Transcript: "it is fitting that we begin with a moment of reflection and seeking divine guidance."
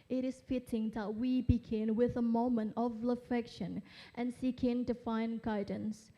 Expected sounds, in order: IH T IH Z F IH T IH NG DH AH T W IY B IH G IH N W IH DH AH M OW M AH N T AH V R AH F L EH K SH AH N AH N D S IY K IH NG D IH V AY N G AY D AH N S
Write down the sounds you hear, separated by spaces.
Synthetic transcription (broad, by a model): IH T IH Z F IH T IH NG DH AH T W IY B IH G IH N W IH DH AH M OW M AH N T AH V L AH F EH K SH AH N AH N S IY K IH NG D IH F AY N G AY D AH N S